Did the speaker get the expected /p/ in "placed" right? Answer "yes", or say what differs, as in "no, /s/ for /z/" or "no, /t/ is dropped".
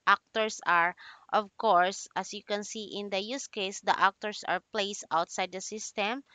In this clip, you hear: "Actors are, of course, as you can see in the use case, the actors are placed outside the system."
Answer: yes